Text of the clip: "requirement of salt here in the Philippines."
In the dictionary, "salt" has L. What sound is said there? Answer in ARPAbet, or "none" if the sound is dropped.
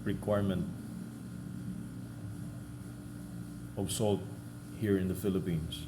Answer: L